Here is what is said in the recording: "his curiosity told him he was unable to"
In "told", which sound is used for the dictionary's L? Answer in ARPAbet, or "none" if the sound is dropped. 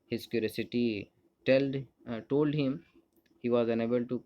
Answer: L